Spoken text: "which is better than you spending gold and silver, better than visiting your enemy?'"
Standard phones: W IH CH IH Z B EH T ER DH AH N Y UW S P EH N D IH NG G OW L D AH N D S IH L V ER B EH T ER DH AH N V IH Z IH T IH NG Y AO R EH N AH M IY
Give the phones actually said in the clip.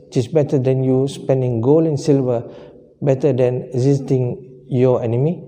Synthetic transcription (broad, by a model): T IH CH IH S B EH T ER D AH N Y UW S P EH N D IH NG G OW L AH N S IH L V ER B EH T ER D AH N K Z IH T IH NG Y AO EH N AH M IY